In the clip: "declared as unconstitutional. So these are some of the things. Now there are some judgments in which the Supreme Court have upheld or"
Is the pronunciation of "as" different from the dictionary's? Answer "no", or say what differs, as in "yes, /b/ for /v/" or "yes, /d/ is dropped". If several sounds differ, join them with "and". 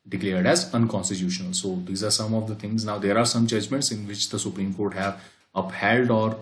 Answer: no